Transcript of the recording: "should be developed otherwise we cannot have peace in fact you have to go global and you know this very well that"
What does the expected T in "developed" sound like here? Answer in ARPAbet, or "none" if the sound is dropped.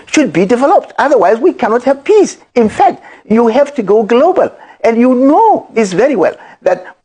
T